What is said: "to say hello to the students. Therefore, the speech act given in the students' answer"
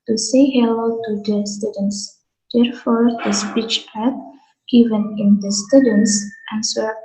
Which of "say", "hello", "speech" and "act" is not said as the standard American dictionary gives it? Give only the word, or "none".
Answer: act